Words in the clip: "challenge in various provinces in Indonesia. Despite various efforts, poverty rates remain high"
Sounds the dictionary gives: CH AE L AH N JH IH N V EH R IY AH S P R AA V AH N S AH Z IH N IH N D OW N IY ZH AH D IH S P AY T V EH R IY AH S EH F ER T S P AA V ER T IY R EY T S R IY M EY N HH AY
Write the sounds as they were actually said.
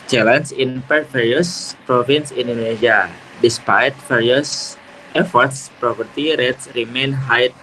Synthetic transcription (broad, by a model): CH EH L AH N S IH N P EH R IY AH S P R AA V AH N S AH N N D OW N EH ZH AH D IH S P AY T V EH R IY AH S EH F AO T S P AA P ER T IY R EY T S R IY M EY N HH AY